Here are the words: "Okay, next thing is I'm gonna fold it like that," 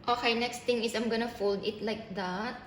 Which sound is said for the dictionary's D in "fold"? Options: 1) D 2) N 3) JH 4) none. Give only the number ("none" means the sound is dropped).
1